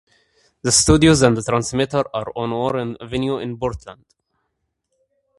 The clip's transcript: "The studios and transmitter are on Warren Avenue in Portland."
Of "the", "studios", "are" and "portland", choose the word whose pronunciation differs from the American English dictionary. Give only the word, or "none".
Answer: portland